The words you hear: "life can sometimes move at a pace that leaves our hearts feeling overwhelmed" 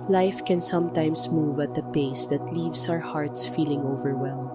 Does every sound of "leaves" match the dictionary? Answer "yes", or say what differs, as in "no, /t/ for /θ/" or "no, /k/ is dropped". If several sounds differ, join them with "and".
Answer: no, /s/ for /z/